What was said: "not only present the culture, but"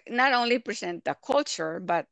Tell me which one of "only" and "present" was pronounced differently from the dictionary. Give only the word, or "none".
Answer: present